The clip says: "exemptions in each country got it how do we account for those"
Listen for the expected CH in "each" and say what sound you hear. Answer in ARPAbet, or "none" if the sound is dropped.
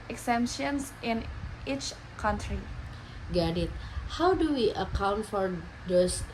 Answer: CH